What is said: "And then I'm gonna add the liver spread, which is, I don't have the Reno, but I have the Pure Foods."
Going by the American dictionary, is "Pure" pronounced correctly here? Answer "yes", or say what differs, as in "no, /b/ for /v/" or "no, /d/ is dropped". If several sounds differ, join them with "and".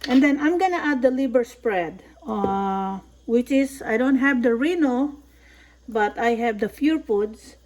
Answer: no, /f/ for /p/